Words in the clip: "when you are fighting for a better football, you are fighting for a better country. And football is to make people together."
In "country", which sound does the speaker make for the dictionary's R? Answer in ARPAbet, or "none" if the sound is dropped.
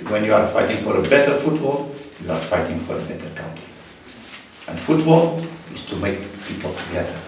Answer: none